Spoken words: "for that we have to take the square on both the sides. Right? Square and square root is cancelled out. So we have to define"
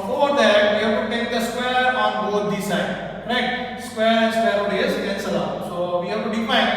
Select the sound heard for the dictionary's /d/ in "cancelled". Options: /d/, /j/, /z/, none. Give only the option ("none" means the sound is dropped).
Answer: none